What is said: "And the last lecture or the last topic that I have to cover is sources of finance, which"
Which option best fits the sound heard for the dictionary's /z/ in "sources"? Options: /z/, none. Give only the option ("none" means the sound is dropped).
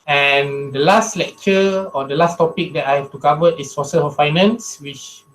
none